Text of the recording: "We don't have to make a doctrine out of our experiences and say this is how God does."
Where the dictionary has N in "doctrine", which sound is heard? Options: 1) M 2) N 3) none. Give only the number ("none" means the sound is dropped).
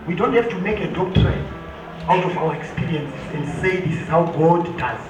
3